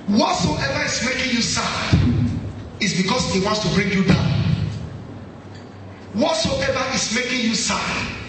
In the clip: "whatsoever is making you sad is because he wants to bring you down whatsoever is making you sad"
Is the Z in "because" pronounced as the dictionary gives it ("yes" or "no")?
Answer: no